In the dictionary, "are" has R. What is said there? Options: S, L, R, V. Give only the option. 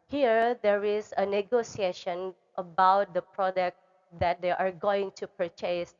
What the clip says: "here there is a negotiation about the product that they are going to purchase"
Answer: R